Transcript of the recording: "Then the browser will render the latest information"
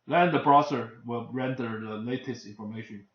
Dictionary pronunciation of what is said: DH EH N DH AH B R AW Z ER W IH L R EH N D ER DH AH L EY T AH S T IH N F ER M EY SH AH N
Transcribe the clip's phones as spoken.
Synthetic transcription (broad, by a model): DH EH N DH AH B R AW S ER W IH L R EH N D ER DH AH L EY T AH S T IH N F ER M EY SH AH N